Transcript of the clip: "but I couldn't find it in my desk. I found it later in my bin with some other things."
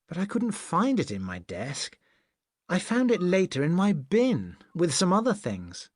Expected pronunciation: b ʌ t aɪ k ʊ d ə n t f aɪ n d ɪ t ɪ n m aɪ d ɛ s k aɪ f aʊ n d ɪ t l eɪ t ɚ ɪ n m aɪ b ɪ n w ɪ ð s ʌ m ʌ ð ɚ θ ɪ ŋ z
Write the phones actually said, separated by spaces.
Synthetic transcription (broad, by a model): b ʌ t aɪ k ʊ d n t f aɪ n d ɪ t ɪ n m aɪ d ɛ s k aɪ f aʊ n d ɪ t l eɪ t ɚ ɪ n m aɪ b ɪ n w ɪ ð s ʌ m ʌ ð ɚ θ ɪ ŋ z